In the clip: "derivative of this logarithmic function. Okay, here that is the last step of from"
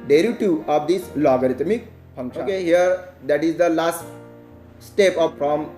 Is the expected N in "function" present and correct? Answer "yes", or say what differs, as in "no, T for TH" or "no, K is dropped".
no, N is dropped